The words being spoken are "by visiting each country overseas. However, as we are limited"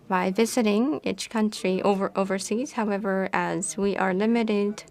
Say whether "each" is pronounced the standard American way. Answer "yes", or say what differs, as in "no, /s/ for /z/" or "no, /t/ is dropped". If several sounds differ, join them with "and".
yes